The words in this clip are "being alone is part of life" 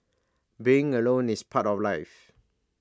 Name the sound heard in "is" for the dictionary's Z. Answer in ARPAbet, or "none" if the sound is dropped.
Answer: S